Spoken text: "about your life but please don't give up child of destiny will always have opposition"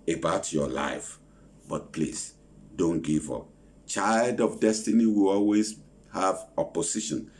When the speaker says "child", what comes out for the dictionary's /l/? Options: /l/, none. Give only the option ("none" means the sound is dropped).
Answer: /l/